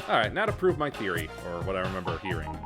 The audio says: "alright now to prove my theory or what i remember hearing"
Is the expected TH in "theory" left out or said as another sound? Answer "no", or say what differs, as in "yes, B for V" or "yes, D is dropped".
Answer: no